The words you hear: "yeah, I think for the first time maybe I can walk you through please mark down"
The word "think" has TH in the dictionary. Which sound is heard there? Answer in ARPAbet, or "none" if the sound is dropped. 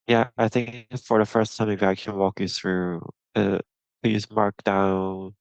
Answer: TH